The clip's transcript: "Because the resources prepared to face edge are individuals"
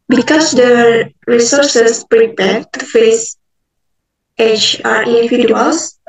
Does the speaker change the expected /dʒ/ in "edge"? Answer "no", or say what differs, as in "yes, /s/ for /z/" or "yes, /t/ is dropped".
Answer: yes, /tʃ/ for /dʒ/